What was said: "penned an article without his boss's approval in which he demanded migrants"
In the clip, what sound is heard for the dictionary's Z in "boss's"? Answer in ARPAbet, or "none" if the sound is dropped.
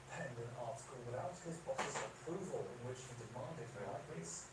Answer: S